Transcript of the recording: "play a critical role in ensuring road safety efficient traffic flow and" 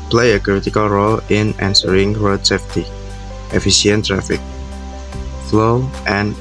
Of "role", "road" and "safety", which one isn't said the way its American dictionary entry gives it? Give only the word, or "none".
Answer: road